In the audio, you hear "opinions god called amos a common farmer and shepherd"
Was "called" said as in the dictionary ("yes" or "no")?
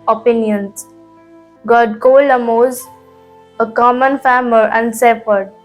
no